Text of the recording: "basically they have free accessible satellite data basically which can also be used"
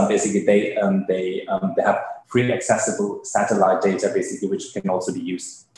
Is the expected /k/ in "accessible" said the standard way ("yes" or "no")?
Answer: yes